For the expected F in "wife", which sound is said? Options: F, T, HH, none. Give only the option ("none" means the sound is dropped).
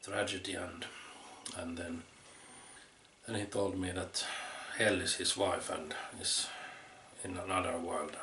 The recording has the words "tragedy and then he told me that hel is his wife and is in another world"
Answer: F